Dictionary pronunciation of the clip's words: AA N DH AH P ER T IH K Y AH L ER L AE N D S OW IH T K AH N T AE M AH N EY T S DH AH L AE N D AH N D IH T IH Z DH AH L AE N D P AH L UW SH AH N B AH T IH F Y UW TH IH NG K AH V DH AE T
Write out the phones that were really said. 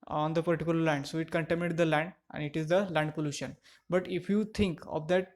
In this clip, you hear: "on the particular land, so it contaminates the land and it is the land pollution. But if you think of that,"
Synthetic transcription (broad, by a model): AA N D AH P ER T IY K Y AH L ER L AE N D S OW IH T K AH N T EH M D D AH L AE N D AH N D IH T IH Z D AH L AE N D P AH L UW SH AH N B AH T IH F Y UW T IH NG K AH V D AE T